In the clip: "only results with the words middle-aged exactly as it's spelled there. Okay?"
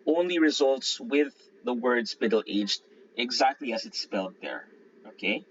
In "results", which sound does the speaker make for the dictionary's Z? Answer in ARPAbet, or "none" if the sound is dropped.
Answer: Z